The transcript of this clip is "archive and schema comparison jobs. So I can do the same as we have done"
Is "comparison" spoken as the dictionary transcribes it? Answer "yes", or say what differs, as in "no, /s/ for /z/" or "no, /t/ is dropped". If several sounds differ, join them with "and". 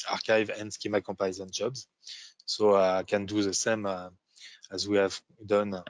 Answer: no, /m/ is dropped